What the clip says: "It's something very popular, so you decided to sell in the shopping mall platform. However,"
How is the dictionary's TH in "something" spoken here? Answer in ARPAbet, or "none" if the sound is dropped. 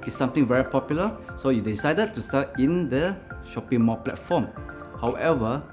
T